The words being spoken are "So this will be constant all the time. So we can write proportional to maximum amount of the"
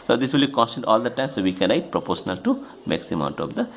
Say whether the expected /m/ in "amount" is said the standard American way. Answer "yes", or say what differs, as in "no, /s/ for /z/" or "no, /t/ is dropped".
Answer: no, /m/ is dropped